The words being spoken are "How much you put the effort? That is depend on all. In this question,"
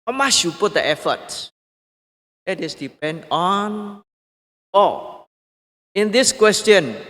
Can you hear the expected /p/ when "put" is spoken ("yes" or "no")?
yes